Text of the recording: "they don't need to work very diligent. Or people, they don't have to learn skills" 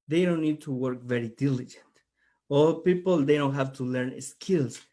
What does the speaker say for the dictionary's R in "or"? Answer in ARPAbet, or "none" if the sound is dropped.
L